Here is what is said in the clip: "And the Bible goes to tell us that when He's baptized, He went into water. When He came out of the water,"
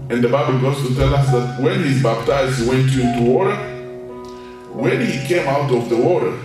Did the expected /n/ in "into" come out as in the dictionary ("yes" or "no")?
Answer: no